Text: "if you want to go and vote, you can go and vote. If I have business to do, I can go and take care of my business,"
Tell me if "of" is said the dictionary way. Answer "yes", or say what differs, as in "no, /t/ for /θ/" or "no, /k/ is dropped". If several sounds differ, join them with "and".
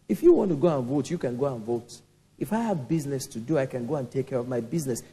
yes